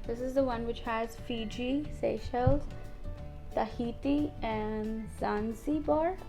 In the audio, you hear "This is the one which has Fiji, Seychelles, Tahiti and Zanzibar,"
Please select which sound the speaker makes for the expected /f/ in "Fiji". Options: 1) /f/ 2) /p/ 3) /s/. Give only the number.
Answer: 1